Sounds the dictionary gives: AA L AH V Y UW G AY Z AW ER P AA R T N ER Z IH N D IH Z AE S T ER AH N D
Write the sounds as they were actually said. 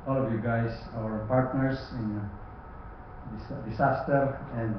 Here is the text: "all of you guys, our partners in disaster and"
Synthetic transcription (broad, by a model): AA L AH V Y UW G AY S AW ER P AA R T N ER S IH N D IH S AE S T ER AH N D